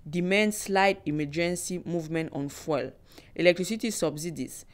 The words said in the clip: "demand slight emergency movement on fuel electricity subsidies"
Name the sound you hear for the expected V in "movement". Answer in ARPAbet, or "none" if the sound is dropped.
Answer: V